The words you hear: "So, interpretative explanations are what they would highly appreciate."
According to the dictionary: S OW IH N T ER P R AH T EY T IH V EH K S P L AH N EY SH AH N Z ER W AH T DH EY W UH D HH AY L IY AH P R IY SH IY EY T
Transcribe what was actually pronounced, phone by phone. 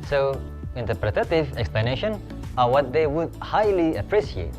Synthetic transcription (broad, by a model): S OW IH N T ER P R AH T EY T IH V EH K S P L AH N EY SH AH N ER W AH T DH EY W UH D HH AY L IY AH P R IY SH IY EY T